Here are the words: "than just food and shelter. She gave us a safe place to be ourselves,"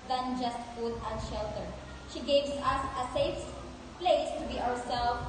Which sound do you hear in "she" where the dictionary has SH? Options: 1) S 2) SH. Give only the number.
2